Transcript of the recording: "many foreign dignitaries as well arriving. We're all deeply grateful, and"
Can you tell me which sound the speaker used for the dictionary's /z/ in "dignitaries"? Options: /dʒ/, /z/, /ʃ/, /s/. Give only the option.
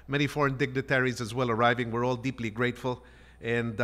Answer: /z/